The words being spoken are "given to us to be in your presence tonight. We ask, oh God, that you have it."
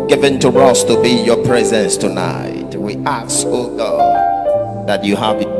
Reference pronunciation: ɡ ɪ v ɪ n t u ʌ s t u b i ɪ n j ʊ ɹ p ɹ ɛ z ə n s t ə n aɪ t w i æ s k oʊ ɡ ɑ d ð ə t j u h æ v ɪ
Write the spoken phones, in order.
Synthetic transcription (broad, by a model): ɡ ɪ v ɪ n t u ʌ s t u b i j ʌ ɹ p ɹ ɛ z ə n s t ə n aɪ t w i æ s oʊ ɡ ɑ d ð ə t j u h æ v